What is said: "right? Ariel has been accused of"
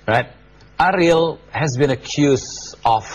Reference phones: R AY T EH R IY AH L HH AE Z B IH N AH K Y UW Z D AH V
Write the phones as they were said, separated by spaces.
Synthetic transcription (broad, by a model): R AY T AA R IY L HH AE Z B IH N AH K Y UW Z AH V